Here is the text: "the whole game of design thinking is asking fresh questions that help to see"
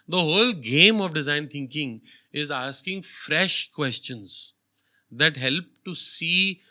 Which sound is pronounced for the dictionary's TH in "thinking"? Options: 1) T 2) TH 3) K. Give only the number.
1